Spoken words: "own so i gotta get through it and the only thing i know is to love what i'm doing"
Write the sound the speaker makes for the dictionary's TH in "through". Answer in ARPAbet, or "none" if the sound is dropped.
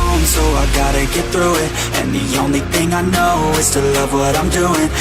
TH